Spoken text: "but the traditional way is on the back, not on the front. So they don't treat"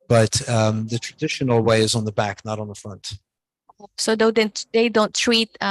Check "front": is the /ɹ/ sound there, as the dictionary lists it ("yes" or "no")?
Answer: yes